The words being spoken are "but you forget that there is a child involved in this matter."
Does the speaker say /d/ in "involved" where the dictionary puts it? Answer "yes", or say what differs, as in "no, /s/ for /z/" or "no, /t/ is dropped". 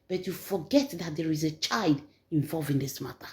no, /d/ is dropped